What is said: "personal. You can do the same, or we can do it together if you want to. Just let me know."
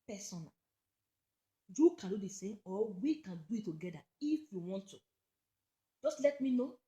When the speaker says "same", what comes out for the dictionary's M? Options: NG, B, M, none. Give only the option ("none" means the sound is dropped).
none